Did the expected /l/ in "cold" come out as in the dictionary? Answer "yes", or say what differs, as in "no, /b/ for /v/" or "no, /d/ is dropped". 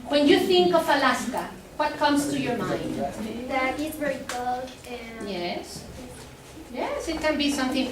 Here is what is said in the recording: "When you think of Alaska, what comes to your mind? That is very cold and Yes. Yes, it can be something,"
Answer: no, /l/ is dropped